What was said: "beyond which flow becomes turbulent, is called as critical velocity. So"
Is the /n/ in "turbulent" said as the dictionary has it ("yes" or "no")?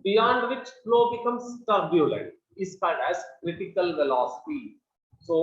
yes